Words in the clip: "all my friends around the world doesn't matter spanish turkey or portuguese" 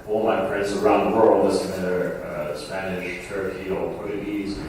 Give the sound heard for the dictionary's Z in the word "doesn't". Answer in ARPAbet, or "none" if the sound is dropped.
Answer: S